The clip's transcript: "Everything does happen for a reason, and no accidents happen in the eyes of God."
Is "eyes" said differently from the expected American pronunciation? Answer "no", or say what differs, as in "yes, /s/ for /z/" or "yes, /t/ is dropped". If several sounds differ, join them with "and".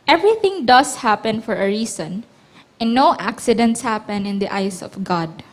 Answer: yes, /s/ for /z/